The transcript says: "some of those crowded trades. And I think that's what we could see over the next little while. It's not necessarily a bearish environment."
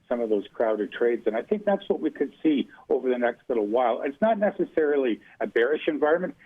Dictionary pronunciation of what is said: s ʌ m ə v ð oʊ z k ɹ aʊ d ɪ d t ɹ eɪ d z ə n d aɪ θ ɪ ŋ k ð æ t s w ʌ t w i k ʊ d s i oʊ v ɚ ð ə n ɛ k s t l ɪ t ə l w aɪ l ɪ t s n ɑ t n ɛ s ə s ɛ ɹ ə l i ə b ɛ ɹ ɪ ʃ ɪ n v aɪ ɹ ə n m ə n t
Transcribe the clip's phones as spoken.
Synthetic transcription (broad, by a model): s ʌ m ə v ð oʊ z k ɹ aʊ d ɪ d t ɹ eɪ d z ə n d aɪ θ ɪ ŋ k ð æ t s w ʌ t w i k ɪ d s i oʊ v ɚ ð ə n ɛ k s t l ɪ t l w aɪ l ɪ t s n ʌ t n ɛ s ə s ɛ ɹ l i ə b ɛ ɹ ɪ ʃ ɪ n v aɪ ɹ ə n m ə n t